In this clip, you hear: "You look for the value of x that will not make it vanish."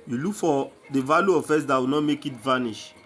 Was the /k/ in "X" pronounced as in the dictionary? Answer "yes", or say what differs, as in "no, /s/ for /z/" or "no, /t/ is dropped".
no, /k/ is dropped